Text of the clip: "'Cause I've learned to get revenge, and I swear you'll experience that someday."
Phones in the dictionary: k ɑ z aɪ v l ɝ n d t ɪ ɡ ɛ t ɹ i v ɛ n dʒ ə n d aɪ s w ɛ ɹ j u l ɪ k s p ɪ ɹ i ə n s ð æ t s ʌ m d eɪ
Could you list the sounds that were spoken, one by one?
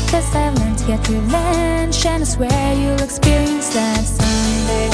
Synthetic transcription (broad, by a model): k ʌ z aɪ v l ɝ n t ɪ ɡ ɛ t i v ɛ n ʃ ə n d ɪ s w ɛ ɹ j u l ɪ k s p ɪ ɹ i ə n s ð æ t s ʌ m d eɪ